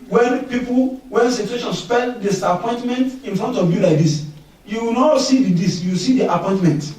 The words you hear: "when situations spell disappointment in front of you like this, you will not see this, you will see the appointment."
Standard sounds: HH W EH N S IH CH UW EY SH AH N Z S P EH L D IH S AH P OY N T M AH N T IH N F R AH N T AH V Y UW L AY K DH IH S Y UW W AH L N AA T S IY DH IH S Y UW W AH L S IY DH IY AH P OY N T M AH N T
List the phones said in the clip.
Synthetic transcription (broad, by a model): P W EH N S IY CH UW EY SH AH N S P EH N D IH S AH P OY N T M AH N T IH N F R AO N T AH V Y UW L AY K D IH S Y UW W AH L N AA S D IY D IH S Y UW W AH S IY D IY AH P OY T M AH N T